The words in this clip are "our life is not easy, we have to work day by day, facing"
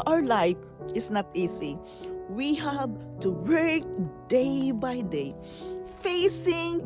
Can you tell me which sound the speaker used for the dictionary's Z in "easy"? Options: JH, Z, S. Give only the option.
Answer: S